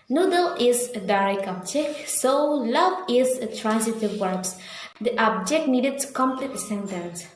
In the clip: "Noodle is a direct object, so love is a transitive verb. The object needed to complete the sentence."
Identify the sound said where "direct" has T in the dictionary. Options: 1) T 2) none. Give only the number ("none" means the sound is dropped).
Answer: 2